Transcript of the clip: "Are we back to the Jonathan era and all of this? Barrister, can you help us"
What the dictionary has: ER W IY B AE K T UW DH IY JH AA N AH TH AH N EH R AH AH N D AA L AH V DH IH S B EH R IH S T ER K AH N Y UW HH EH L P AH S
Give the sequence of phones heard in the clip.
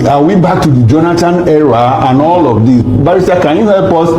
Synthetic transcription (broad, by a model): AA W IY B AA K T UW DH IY JH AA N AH T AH N EH R AH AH N AA L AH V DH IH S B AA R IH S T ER K AH N Y UW HH EH L P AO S